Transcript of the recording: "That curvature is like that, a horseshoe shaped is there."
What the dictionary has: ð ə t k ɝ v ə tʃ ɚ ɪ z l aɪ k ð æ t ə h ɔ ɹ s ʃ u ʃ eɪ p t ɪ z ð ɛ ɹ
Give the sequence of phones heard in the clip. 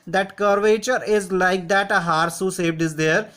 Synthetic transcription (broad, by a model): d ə t k ɝ v ə tʃ ɚ ɪ z l aɪ k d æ t ə h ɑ ɹ s u s eɪ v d ɪ z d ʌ ɹ